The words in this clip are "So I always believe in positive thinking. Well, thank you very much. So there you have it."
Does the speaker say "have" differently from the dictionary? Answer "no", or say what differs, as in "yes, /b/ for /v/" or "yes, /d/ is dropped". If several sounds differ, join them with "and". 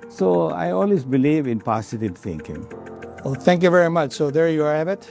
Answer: yes, /b/ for /v/